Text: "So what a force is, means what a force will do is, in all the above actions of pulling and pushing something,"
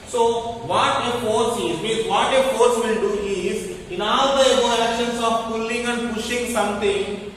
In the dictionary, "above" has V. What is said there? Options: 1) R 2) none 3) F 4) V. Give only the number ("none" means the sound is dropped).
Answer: 2